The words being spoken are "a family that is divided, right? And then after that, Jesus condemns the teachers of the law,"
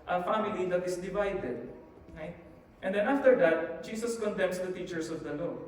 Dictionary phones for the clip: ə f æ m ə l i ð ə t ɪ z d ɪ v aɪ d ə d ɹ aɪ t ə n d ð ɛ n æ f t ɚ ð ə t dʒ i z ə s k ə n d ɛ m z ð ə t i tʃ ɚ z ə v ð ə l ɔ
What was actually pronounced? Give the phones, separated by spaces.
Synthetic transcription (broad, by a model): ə f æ m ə l i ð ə t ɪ s d ɪ v aɪ d ə d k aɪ t ə n d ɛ n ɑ f t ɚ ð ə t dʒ i s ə s k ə n d ɛ m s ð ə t i tʃ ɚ s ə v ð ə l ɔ